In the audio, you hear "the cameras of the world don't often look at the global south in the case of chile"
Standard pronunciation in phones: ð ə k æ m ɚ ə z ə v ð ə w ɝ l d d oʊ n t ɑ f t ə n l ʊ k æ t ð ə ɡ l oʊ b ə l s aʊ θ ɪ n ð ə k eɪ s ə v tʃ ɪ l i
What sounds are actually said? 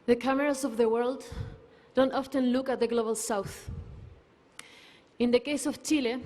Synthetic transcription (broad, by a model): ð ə k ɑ m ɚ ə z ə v ð ə w ɝ l d d oʊ n t ɑ f t ə n l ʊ k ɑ t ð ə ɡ l oʊ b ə l s aʊ θ ɪ n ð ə k eɪ s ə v tʃ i l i